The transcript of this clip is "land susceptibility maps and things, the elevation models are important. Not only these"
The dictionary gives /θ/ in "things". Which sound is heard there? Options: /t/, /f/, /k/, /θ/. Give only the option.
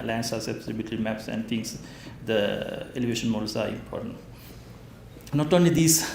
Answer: /t/